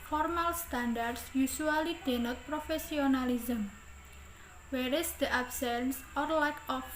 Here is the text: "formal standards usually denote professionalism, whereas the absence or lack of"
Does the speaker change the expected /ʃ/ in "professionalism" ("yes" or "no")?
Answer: yes